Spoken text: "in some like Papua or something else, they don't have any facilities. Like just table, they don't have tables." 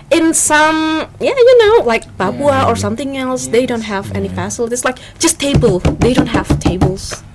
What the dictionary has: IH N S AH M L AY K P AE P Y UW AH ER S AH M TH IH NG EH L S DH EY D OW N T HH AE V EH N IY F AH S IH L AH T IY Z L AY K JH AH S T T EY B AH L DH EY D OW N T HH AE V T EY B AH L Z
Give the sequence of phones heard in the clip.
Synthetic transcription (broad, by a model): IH N S AH M L AY K B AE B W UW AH ER S AH M TH IH NG EH L S DH EY D OW N T HH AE V EH N IY F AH S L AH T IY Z L AY K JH AH S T T EY B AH L DH EY D OW N T HH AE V T EY B L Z